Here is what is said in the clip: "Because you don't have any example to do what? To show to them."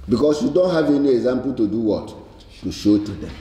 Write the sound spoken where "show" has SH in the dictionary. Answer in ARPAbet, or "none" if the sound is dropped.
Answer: SH